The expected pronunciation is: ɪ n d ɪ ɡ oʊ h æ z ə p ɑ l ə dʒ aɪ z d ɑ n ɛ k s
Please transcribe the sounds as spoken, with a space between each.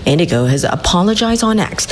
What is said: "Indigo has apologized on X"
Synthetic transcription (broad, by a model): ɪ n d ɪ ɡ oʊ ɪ z ə p ɑ l ə dʒ aɪ z d n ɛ k s